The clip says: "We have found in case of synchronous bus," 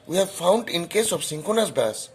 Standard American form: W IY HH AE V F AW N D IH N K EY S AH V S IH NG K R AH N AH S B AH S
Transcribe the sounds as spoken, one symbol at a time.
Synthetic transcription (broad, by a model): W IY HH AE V F AW N D IH N K EY S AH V S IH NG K AH N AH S B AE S